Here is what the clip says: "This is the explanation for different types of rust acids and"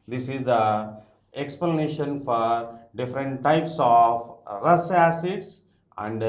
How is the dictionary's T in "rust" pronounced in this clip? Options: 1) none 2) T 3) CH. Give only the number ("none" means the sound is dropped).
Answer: 1